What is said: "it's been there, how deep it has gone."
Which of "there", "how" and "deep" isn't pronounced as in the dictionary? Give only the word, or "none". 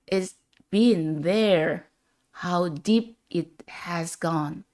none